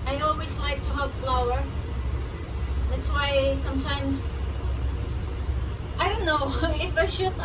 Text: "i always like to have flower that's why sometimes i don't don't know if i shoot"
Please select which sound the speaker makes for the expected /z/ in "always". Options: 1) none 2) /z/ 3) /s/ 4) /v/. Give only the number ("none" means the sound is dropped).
2